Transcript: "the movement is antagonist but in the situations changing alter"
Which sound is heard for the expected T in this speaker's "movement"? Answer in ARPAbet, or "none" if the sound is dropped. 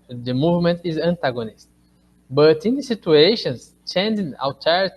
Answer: T